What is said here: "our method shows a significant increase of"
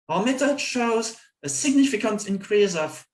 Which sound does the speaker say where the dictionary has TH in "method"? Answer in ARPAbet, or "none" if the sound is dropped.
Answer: T